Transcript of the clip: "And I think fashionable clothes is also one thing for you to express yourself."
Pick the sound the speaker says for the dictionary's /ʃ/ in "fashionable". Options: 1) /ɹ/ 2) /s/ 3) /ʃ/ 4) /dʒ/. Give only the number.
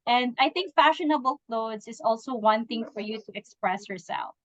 3